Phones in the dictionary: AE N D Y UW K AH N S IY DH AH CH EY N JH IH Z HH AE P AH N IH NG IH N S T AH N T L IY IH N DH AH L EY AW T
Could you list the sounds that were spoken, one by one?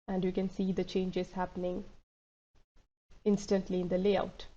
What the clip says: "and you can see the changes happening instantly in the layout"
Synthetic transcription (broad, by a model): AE N D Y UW K AH N S IY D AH CH EY N JH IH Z HH AE P AH N IH NG IH N S T AH N T L IY IH N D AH L EY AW T